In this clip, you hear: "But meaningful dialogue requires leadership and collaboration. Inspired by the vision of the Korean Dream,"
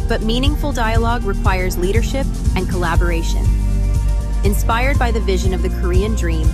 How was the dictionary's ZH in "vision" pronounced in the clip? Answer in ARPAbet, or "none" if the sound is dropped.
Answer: ZH